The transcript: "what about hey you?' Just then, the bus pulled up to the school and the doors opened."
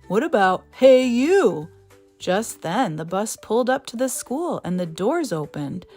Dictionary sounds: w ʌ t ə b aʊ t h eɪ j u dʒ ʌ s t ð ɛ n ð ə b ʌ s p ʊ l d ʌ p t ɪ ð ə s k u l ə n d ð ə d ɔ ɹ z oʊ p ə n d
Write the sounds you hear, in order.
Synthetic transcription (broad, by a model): w ʌ t ə b aʊ t h eɪ j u dʒ ʌ s t ð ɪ n ð ə b ʌ s p ʊ l d ʌ p t ɪ ð ə s k u l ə n ð ə d ɔ ɹ z oʊ p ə n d